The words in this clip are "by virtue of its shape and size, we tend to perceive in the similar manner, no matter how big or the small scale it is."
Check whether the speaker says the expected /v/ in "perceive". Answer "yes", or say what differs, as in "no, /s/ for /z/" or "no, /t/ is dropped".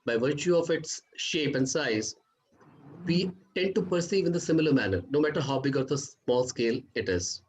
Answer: yes